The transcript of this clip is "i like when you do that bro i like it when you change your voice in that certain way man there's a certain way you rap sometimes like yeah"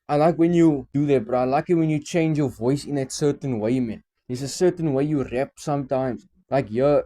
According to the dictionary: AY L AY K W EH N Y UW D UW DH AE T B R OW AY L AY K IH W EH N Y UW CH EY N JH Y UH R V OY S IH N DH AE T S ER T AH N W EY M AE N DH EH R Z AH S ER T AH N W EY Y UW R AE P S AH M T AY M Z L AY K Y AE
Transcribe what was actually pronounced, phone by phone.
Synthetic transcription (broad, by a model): AY L AY K W EH N Y UW D UW DH AE T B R AY L AY K IH W EH N Y UW CH EY N JH Y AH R V OY S IH N DH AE T S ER T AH N W EY M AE N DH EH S AH S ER T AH N W EY Y UW R AE P S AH M T AY M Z L AY K Y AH